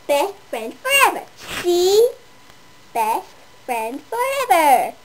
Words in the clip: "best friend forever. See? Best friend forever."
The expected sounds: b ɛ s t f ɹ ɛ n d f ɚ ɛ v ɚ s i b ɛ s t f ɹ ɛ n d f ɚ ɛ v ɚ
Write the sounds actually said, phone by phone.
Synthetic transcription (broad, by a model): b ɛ s t f ɹ ɛ n d f ɚ ɛ v ɚ ʃ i b ɛ s t f ɹ ɛ n d f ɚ ɛ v ɚ